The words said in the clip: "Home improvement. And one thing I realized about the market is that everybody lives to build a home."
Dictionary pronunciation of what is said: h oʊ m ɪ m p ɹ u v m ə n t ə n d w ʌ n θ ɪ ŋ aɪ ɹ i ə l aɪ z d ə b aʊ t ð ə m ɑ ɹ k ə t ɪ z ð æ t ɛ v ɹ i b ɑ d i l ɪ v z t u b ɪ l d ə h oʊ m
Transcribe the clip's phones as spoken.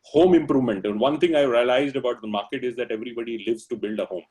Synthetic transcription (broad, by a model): h oʊ m ɪ m p ɹ u v m ə n t ə n d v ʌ n t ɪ ŋ aɪ ɹ i ə l aɪ z d ə b aʊ t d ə m ɑ ɹ k ə t ɪ z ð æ t ɛ v ɹ i b ɑ d i l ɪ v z t u b ɪ l d ə h oʊ m